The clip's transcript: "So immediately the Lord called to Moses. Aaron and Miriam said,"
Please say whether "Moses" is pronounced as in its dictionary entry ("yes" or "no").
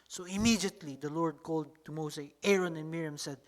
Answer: no